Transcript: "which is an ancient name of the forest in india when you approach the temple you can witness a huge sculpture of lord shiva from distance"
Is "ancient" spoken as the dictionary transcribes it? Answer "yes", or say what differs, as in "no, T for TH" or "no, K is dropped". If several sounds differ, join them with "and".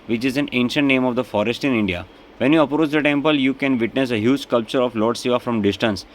yes